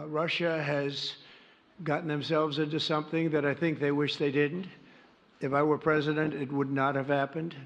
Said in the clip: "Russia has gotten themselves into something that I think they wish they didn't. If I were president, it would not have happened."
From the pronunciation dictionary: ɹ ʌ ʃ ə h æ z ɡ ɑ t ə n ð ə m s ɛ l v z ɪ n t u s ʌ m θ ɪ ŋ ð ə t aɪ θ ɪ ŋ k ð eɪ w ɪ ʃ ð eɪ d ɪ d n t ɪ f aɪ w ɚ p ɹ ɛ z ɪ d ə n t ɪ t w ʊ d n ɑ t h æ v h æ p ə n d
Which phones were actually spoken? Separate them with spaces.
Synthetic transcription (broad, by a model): ɹ ʌ ʃ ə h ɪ z ɡ ɑ t n ð ə m s ɛ l v z ɪ n t u s ʌ m θ ɪ ŋ ð ə t aɪ θ ɪ ŋ k ð eɪ w ɪ ʃ ð eɪ d ɪ d n t ɪ f aɪ w ɚ p ɹ ɛ z ɪ d ə n t ɪ t w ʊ d n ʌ t h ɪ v h æ p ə n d